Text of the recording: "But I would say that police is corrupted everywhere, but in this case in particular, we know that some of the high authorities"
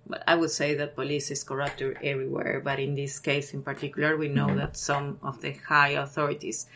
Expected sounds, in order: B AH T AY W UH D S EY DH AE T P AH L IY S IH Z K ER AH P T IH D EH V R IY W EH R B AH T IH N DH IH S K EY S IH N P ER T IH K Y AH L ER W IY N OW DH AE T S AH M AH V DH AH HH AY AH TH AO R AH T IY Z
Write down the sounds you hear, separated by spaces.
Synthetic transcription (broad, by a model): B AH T AY W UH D S EY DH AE T P AH L IY S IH S K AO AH P T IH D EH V R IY W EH R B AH T IH N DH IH S K EY S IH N P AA T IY K Y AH L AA W IY N OW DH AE T S AH M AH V DH AH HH AY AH TH AO R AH T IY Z